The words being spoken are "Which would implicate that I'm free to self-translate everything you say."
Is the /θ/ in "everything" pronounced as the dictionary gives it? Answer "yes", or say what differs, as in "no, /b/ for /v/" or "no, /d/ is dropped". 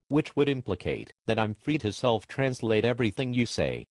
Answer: yes